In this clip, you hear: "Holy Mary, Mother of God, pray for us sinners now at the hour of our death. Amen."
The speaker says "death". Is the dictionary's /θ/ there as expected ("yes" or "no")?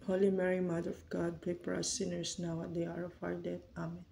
no